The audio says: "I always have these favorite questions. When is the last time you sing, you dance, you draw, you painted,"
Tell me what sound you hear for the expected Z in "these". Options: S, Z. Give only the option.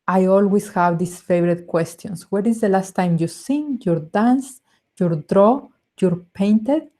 S